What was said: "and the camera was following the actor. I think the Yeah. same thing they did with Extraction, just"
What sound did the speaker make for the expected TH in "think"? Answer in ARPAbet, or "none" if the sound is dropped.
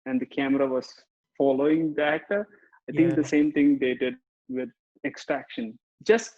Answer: T